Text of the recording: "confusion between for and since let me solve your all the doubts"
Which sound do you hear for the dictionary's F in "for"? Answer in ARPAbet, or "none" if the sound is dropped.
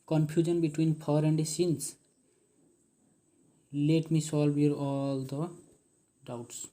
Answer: P